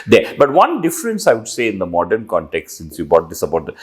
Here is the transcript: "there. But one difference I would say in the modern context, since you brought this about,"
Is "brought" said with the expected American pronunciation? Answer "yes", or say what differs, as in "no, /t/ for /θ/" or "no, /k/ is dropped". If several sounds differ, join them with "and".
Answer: no, /ɹ/ is dropped